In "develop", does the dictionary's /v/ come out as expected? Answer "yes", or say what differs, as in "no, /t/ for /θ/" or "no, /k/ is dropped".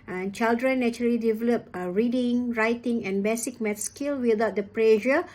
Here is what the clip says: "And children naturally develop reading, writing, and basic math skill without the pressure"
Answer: yes